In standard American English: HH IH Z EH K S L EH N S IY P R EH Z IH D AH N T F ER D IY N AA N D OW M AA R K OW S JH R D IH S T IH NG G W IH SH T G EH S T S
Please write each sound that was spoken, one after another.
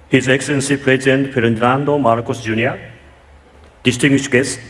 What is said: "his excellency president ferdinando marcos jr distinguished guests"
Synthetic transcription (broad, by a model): HH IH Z EH K S L EH N S IY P R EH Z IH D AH N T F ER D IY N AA N D OW M AA R K OW S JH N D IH S T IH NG G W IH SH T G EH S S